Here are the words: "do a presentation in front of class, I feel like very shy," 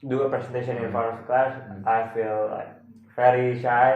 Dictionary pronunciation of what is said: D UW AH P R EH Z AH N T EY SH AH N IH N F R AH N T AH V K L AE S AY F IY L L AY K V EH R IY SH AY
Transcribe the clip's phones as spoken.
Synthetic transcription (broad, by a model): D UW AH P R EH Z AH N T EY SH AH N IH N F AO T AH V K L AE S AY F IY L L AY K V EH R IY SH AY